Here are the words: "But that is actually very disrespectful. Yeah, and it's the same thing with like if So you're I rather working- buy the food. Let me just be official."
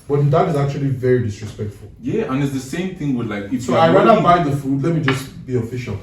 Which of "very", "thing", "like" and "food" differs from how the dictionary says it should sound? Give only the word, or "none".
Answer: none